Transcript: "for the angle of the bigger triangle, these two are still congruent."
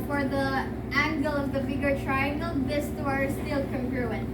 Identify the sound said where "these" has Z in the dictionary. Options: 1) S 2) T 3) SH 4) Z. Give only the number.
1